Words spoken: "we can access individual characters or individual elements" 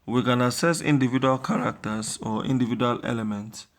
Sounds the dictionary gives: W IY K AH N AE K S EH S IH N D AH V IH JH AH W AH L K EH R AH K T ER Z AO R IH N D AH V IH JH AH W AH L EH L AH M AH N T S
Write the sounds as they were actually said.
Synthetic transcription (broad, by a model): W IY K AH N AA S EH S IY N D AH V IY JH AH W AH L K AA R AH K T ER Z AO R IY N D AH V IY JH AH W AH L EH L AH M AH N T S